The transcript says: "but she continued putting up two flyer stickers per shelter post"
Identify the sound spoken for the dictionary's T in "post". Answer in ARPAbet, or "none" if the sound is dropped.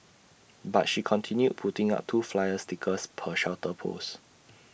none